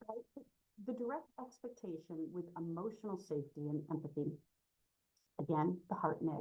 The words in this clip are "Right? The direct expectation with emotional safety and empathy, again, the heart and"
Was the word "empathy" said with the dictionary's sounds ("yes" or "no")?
yes